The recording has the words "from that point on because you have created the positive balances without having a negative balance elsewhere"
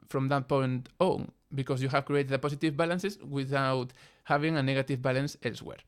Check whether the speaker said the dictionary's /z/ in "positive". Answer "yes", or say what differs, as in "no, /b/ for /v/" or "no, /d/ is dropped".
no, /s/ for /z/